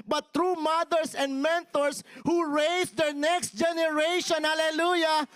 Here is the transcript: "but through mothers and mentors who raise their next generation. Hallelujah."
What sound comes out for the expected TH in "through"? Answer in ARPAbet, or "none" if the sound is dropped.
T